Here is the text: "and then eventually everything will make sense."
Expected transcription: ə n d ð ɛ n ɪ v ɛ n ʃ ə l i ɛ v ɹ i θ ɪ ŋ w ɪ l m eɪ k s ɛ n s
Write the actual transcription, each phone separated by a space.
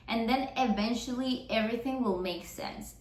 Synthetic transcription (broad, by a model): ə n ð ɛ n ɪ v ɛ n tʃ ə l i ɛ v ɹ i θ ɪ ŋ w ɪ l m eɪ k s ɛ n s